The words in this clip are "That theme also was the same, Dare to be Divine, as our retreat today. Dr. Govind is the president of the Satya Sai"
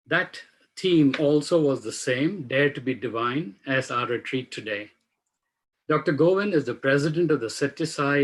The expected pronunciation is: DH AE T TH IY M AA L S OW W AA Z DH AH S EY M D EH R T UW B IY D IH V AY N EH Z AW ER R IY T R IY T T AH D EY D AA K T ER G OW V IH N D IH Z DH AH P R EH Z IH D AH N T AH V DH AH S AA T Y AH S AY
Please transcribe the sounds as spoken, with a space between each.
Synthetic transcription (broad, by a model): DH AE T T IY M AA L S OW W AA Z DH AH S EY M D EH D T UW B IY D IH V AY N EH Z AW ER R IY T R IY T T AH D EY D AA K T ER G OW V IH N IH Z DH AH P R EH Z IH D AH N T AH V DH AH S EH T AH S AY